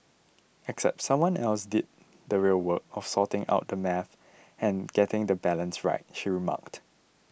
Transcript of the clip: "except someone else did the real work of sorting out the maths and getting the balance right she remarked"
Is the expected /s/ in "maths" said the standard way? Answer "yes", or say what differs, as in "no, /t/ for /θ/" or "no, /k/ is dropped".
no, /s/ is dropped